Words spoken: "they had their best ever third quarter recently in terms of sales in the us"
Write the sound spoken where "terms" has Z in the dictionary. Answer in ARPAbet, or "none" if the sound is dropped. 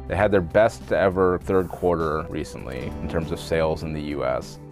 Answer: Z